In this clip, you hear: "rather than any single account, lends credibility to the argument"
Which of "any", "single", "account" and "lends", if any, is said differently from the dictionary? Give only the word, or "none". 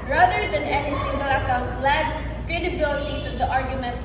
lends